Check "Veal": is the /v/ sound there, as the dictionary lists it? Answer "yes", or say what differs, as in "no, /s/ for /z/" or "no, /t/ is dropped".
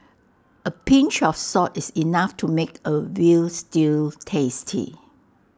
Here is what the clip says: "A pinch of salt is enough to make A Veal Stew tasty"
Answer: no, /w/ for /v/